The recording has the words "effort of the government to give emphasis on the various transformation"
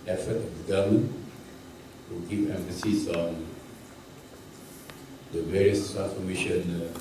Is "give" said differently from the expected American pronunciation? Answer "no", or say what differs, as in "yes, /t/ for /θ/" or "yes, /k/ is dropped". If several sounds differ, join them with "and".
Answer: yes, /p/ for /v/